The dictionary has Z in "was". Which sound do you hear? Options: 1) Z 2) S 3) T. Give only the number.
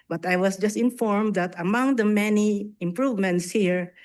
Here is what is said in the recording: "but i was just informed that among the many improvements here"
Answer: 2